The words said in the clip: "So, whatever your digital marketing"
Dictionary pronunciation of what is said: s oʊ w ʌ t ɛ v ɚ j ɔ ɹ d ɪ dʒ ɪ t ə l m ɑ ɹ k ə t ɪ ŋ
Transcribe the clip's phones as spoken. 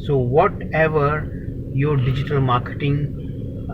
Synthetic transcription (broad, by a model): s oʊ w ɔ t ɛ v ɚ j ɔ ɹ d ɪ dʒ ɪ t ə l m ɑ ɹ k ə t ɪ ŋ